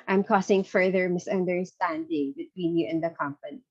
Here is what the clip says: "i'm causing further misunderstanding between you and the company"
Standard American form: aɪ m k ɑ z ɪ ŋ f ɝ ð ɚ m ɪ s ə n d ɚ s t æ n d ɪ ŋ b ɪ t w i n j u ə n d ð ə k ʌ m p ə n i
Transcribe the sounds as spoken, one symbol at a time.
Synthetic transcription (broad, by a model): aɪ m k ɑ s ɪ ŋ f ɝ ð ɚ m ɪ s ə n d ɚ s t æ n d ɪ ŋ b ɪ t w i n j u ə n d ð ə k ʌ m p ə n i